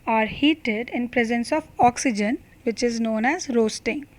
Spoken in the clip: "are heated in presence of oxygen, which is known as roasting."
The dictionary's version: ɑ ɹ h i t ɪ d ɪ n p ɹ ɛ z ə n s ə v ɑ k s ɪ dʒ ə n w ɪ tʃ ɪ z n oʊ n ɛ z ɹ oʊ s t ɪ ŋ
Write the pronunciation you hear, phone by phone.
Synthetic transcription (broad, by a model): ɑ ɹ h i t ɪ d ɪ n p ɹ ɛ z ə n s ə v ɑ k s ɪ dʒ ə n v ɪ tʃ ɪ z n oʊ n ɛ z ɹ oʊ s t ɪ ŋ